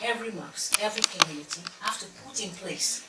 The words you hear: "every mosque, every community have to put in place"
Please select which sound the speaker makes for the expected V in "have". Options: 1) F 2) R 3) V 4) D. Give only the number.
1